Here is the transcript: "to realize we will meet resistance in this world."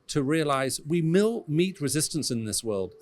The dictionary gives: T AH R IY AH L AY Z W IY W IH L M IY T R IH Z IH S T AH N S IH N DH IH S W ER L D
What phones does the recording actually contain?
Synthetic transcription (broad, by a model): T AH R IY AH L AY Z W IY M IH L M IY T R IH Z IH S T AH N S IH N DH IH S W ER L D